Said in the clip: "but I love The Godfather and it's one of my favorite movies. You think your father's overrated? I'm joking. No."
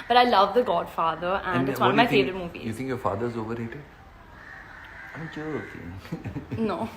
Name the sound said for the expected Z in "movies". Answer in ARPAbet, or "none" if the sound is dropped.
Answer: none